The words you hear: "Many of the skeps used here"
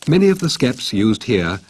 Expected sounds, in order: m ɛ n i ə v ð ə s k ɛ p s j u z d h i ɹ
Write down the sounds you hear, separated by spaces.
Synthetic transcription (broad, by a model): m ɛ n i ə v ð ə s k ɛ p s j u z d h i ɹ